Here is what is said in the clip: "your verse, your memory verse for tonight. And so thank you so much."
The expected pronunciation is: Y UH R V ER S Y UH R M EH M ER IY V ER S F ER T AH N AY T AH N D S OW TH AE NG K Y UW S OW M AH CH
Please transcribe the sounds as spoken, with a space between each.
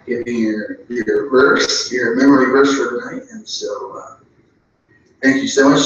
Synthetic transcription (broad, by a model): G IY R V ER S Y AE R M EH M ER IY V ER S F ER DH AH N AY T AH N S OW TH AE NG K Y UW S OW M AH CH